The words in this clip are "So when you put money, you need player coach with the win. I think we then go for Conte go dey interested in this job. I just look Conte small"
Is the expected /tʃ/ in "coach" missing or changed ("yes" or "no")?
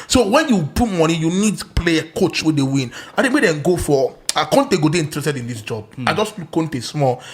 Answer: no